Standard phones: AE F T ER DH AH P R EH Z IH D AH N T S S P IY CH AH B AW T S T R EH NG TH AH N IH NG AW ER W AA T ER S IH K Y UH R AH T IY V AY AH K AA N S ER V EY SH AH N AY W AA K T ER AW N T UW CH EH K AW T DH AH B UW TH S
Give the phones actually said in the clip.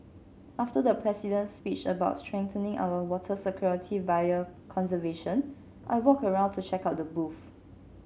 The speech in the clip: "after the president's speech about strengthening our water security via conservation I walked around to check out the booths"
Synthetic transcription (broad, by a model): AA F T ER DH AH P R EH S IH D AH N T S S P IY CH AH B AW T S T R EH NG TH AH N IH NG AW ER W AA T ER S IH K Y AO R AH T IY V AY AH K AA N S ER V EY SH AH N AY W AA K ER AW N T UW CH EH K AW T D AH B UW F